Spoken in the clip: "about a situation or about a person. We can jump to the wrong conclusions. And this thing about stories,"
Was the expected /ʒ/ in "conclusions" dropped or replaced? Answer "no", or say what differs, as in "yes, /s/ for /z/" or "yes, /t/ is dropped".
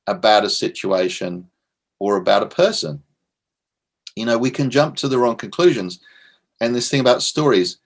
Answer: no